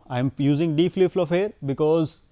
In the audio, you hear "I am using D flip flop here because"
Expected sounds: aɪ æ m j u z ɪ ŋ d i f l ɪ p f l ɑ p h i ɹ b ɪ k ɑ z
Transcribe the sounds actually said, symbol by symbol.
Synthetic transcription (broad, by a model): aɪ m j u z ɪ ŋ d i p l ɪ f l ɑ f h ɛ ɹ b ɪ k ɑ z